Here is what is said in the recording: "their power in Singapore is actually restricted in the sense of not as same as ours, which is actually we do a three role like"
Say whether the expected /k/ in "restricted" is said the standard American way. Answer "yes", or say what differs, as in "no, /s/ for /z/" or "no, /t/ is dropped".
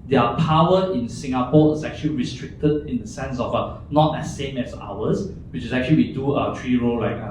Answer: yes